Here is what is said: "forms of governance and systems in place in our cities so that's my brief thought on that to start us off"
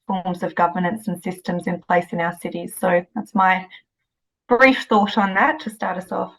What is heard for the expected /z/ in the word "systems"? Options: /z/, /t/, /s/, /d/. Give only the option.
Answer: /z/